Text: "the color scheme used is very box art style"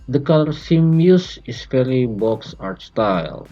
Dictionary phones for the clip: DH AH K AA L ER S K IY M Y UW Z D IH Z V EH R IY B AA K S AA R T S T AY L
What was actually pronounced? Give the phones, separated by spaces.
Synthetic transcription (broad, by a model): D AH K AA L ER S IY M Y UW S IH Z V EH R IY B AA K S AA R T S T AY L